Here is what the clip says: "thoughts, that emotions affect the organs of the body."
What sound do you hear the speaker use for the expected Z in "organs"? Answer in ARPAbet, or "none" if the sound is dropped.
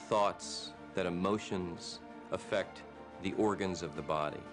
Z